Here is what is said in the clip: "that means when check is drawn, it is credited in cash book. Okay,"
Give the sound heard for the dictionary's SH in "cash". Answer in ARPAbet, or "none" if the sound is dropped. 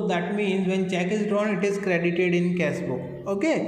S